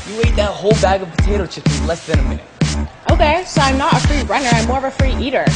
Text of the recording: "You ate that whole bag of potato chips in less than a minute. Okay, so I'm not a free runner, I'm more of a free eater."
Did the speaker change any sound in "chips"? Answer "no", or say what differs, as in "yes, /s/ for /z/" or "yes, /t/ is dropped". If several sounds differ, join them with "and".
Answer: yes, /s/ is dropped